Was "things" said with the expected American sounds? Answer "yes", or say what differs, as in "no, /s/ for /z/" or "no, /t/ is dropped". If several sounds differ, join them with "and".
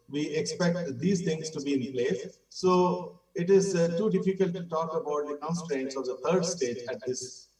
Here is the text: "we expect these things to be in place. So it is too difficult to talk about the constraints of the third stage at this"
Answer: no, /t/ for /θ/